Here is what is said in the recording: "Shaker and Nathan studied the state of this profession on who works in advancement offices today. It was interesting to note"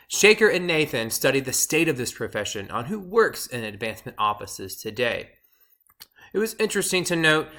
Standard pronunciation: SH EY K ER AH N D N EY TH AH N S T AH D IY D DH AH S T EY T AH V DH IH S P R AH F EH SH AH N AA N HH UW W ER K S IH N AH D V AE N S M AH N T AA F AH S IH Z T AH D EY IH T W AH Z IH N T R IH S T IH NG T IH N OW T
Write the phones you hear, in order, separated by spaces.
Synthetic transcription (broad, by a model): SH EY K ER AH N N EY TH AH N S T AH D IY D DH AH S T EY T AH V DH IH S P R AH F EH SH AH N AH N HH UW W ER K S IH N AH D V AE N S M AH N T AA F AH S IH Z T AH D EY IH T W AH Z IH N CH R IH S T IH NG T IH N OW T